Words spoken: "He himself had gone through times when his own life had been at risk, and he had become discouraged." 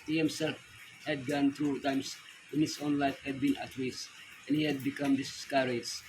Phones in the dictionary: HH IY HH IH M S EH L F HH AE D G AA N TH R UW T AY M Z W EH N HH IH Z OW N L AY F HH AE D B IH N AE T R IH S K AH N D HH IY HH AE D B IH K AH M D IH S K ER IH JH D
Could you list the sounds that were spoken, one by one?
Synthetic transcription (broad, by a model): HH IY HH IH M S EH L F HH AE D G AA N T R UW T AY M S W EH N HH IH S OW N L AY F HH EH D B IH N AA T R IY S AH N HH IY HH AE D B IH K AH M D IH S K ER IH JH